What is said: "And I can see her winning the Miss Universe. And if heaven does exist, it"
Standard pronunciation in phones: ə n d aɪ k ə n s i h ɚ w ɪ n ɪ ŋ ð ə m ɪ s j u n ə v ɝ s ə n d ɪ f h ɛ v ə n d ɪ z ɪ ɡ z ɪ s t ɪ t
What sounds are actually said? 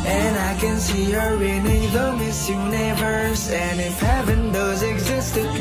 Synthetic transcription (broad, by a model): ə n aɪ k ə n s i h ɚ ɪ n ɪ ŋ ð ə m ɪ s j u n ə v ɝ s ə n ɪ f h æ p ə n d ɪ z ɪ ɡ z ɪ s t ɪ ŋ